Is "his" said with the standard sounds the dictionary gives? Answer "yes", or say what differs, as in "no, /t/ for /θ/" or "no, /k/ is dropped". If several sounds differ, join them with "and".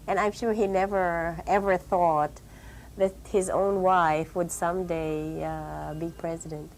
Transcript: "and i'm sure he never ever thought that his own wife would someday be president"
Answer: yes